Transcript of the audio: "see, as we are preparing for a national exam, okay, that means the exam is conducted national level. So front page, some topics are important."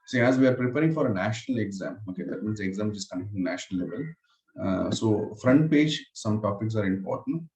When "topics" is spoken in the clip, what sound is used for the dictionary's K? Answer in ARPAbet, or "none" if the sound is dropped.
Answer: K